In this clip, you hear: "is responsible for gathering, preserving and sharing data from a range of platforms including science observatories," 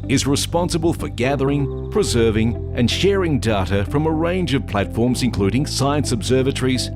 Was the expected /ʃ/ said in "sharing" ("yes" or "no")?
yes